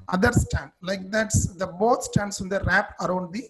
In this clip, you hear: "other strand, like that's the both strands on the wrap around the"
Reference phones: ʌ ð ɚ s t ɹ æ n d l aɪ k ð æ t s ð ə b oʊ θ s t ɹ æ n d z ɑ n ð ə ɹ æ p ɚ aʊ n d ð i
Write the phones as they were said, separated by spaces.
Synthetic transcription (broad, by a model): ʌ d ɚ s t æ n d l aɪ k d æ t s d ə b oʊ t s t æ n d s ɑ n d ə ɹ æ p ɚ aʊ n d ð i